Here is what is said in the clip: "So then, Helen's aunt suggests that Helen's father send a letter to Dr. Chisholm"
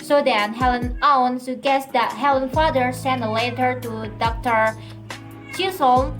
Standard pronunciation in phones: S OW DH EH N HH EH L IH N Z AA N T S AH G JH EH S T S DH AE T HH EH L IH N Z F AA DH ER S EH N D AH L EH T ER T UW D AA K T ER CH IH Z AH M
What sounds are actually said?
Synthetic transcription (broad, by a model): S OW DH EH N HH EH L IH N AA N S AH G EH S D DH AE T HH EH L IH N F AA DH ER S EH N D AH L EH T ER T UW D AA K T ER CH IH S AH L